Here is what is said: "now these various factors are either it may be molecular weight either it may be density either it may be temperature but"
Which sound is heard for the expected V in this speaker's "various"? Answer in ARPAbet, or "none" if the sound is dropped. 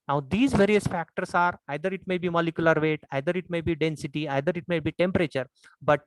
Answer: V